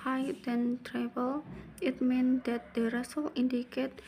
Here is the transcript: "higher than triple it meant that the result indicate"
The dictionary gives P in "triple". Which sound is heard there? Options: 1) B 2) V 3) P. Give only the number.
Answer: 1